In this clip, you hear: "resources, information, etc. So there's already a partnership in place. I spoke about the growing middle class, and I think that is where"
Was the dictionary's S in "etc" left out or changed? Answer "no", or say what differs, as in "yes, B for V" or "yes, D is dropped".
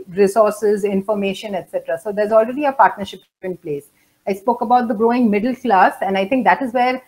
no